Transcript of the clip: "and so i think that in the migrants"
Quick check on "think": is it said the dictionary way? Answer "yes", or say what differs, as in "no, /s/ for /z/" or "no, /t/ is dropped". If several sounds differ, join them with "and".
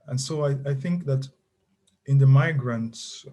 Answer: yes